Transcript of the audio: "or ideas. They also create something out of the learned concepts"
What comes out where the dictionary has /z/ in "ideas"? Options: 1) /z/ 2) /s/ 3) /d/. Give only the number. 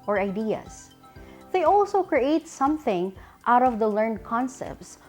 2